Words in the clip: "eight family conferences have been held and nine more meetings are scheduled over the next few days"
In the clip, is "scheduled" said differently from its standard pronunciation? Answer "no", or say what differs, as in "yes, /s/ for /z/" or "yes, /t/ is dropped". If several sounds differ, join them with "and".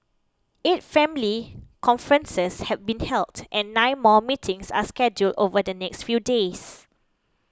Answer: no